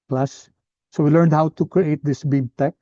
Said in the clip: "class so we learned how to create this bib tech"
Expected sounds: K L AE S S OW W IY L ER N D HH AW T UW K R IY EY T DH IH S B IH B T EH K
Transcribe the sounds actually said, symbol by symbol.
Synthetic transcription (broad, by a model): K L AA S S OW W IY L ER N D HH AW T UW K R IY EY T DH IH S B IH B T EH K